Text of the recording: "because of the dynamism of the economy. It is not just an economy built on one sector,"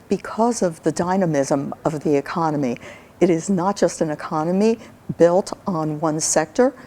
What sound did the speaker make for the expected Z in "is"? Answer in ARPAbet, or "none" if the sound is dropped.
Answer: Z